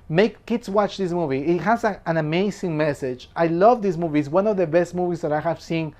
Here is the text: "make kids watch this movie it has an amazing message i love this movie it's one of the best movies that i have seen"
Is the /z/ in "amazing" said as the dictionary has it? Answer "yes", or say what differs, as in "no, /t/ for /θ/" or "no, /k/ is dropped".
no, /s/ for /z/